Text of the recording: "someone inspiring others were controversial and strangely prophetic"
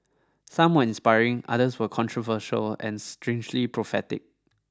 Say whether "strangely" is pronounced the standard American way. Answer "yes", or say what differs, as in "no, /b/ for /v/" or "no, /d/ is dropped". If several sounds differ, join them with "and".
yes